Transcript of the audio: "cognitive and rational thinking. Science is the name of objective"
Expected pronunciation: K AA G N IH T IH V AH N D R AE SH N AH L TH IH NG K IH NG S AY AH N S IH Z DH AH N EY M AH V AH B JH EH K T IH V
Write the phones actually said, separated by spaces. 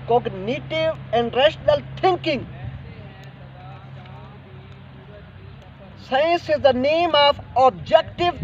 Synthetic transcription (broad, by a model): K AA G N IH T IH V AH N D R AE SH N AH L T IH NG K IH NG S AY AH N S IH Z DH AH N EY M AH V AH B JH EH K T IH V